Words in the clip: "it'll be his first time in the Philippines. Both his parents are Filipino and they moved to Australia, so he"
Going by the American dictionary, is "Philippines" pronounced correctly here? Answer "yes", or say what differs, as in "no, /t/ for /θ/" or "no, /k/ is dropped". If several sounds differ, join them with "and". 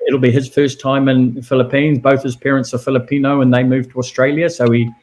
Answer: yes